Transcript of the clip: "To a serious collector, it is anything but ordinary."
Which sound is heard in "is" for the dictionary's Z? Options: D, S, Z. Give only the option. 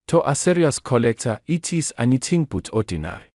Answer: S